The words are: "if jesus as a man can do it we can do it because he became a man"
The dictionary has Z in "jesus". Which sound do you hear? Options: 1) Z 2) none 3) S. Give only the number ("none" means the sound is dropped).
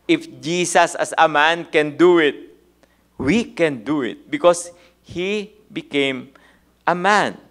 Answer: 3